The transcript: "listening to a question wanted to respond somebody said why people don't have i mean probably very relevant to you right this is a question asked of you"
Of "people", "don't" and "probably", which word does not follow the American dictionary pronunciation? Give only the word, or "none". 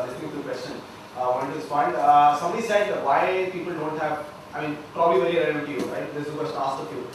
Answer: none